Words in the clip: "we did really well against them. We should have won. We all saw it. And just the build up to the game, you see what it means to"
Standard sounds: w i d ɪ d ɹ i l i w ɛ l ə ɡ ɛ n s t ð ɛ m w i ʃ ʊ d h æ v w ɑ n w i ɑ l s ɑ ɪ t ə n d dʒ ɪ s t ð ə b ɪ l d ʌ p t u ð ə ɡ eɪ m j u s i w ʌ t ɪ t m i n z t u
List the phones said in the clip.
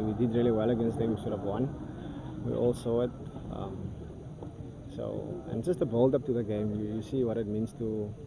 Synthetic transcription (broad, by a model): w i d ɪ d ɹ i l i w ɛ l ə ɡ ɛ n s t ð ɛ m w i s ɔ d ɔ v w ɑ n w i ɑ l s ɑ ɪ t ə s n dʒ ɪ s t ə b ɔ l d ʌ p t u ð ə ɡ eɪ m j u s i w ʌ t ɪ t m i n s t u